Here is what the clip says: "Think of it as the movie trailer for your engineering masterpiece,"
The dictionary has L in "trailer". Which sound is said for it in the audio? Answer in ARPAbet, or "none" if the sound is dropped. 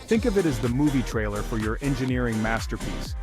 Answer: L